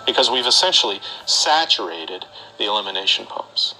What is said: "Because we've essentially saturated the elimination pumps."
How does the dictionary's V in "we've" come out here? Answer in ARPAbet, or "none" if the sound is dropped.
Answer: V